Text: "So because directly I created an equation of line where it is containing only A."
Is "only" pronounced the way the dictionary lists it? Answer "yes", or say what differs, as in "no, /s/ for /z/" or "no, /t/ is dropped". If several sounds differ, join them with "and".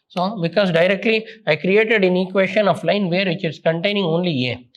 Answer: yes